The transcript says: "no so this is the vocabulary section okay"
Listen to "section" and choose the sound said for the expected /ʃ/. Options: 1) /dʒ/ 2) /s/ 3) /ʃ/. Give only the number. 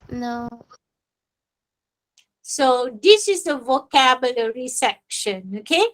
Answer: 3